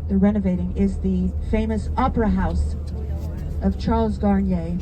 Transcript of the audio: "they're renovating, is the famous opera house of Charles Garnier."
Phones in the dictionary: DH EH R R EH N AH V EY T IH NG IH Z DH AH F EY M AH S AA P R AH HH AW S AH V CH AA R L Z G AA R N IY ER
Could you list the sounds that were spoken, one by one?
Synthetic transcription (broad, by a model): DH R R EH N AH V EY T IH NG IH Z DH AH F EY M AH S AA P R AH HH AW S AH V CH AA R L Z G AA R N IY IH